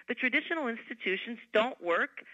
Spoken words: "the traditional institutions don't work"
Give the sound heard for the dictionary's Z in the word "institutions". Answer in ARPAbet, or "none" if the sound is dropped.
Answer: Z